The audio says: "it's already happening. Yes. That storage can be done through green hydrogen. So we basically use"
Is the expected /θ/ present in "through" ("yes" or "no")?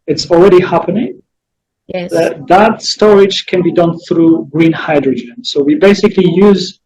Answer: yes